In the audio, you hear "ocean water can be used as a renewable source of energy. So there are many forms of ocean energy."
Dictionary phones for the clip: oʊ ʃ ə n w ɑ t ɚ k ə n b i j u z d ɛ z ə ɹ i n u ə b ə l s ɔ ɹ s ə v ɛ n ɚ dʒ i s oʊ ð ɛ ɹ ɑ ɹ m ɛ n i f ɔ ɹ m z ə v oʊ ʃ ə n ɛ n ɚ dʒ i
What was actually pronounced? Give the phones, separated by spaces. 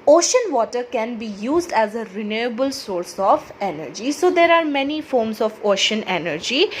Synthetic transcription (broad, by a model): oʊ ʃ ə n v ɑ t ɚ k ə n b i j u z d ɛ z ə ɹ i n u ə b ə l s ɔ ɹ s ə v ɛ n ɚ dʒ i s oʊ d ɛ ɹ ɑ ɹ m ɛ n i f ɔ ɹ m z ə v oʊ ʃ ə n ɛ n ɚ dʒ i